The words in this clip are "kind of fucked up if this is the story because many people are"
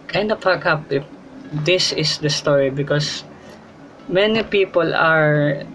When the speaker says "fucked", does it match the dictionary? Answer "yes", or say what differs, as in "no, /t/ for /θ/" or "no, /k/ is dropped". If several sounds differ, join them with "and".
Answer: no, /t/ is dropped